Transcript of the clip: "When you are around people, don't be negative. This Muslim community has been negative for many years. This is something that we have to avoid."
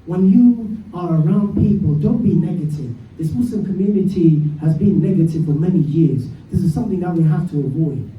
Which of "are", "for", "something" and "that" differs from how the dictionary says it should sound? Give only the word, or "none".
none